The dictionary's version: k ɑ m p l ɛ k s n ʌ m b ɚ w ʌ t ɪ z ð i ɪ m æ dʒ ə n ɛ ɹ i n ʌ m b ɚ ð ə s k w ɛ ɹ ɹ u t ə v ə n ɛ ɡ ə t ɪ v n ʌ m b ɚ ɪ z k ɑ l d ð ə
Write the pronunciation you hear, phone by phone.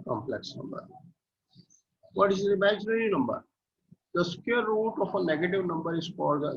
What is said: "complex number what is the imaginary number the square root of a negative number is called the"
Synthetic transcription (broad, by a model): k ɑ m p l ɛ k s n ʌ m b ɚ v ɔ t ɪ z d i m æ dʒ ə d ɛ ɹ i n ʌ m b ɚ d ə s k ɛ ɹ ɹ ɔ t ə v ə n ɛ ɡ ə t ɪ v n ʌ m b ɚ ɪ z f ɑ d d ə